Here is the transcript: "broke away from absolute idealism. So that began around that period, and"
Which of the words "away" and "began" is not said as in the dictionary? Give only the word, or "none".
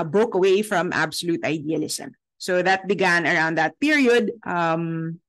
none